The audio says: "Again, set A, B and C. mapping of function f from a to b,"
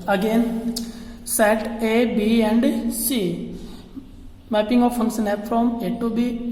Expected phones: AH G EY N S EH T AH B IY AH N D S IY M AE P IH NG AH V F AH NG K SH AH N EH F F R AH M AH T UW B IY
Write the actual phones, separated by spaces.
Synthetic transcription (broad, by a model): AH G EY N S EH T AH B IY AH N D S IY M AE P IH NG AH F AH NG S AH N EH P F R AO M AH T UW B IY